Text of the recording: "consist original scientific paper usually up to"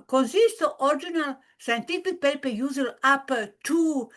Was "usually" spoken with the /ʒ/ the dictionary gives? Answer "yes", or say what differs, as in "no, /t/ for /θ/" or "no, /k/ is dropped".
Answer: no, /z/ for /ʒ/